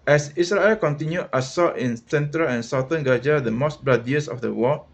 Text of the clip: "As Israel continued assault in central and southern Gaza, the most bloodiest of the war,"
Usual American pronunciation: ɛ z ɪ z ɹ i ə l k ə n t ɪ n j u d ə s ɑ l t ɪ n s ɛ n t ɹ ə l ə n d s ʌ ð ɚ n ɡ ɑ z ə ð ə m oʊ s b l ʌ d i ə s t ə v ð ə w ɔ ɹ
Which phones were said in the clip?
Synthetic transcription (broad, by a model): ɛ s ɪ s ɹ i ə l k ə n t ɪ n j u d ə s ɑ t ɪ n s ɛ n t ɹ ə l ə n s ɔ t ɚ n ɡ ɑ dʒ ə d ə m oʊ s b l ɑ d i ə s ə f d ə w ɔ